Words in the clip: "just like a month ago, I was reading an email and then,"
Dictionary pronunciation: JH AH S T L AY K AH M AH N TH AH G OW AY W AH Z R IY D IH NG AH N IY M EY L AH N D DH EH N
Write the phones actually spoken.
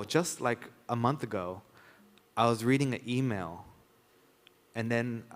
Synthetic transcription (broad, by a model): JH AH S T L AY K AH M AH N TH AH G OW AY W AH Z R IY D IH NG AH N IY M EY L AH N DH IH N